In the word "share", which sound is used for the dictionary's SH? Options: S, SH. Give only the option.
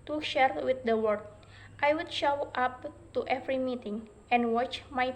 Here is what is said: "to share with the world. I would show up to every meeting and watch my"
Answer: SH